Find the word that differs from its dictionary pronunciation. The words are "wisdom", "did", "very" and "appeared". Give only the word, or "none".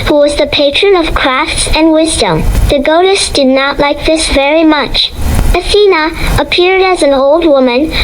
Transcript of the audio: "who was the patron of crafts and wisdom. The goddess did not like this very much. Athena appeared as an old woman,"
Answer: none